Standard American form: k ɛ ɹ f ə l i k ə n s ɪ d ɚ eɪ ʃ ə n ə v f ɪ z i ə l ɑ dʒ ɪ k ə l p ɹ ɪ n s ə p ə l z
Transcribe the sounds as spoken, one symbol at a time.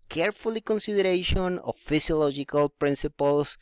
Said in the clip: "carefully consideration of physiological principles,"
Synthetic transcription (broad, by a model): k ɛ ɹ f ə l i k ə n s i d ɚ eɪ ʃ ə n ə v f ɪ s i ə l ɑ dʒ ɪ k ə l p ɹ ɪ n s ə p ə l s